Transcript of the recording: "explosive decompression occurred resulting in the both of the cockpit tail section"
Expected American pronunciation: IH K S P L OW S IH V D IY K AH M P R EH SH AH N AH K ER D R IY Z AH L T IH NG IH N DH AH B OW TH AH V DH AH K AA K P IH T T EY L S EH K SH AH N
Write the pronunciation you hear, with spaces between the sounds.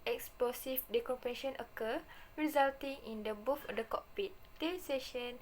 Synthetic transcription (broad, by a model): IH K S P L OW S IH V D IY K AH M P EH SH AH N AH K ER R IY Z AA L T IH NG IH N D AH B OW F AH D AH K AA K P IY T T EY S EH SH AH N